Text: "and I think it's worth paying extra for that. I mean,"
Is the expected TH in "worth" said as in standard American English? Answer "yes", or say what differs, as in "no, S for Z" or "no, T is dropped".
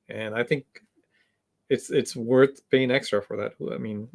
yes